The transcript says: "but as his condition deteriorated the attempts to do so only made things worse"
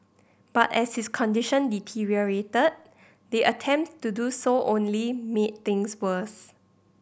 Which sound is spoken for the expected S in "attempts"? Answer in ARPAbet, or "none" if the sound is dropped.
none